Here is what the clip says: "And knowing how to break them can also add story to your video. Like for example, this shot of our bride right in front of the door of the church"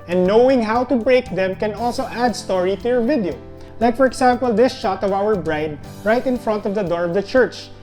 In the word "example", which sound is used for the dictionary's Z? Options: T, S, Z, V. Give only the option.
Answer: S